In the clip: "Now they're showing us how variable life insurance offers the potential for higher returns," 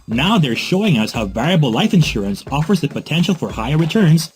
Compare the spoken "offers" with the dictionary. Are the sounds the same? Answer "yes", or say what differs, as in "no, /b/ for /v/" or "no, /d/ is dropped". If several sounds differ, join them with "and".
yes